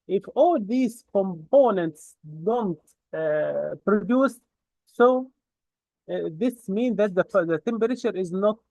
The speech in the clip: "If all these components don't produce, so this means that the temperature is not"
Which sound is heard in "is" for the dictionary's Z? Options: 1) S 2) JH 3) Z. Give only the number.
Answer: 3